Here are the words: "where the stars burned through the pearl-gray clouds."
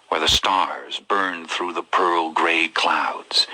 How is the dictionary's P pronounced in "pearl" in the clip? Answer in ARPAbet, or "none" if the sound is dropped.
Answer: P